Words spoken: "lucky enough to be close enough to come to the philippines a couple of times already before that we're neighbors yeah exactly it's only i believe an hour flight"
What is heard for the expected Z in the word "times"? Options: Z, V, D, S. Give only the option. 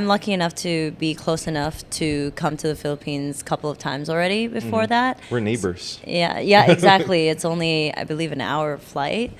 Z